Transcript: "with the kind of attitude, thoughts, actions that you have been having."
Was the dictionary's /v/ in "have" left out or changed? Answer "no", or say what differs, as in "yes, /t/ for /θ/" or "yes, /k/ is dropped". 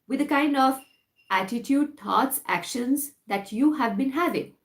no